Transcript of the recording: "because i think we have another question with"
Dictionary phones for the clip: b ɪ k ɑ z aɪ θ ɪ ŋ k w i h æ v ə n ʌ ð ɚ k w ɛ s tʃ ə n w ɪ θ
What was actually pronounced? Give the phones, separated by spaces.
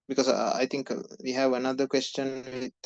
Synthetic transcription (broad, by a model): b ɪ k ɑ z aɪ t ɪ ŋ k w i h æ v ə n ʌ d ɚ k w ɛ s tʃ ə n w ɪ